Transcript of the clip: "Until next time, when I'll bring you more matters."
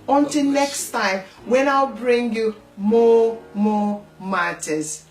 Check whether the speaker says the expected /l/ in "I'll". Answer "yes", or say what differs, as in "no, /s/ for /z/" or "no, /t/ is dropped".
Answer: yes